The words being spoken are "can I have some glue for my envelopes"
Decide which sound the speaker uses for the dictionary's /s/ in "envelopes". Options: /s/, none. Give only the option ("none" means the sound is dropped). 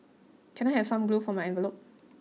none